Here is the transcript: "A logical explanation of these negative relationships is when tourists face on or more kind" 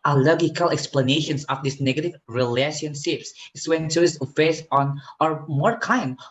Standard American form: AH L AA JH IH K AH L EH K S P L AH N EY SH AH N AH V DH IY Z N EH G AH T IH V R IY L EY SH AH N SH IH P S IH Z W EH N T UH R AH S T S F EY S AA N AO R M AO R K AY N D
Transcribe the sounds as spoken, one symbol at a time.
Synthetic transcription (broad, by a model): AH L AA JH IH K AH L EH K S P L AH N EY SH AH N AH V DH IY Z N EH G AH T IH V R IY L EY SH AH N SH IH P S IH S W EH N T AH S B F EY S AA N AO R M AO R K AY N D